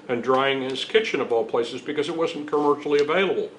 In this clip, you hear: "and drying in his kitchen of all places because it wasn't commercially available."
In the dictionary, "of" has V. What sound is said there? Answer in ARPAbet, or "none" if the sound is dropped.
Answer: B